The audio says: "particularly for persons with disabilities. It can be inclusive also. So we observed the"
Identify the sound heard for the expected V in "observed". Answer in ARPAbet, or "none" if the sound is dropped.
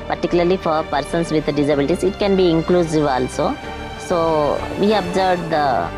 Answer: B